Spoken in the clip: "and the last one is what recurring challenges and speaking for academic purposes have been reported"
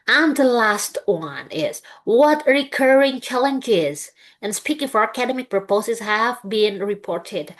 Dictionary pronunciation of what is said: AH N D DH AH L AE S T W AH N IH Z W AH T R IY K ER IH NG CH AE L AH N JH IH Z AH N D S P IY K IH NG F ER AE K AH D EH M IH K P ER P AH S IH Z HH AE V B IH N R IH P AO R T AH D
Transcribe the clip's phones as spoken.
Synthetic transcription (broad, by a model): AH N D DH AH L AE S T W AH N IH Z W AH T R IY K ER IH NG CH AE L AH N JH IH Z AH N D S P IY K IH NG F ER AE K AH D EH M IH K P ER P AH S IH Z HH AE V B IH N R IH P AO R T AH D